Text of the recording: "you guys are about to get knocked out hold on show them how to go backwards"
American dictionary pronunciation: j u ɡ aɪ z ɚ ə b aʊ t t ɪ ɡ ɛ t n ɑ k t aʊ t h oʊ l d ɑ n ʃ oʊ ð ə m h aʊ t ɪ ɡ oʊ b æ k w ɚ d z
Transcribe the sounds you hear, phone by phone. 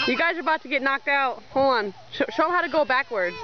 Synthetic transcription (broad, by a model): j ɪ ɡ aɪ z ɚ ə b aʊ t t ɪ ɡ ɛ t n ɑ k t aʊ t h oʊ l ɑ n ʃ oʊ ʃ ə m h aʊ t ɪ ɡ oʊ b æ k w ɚ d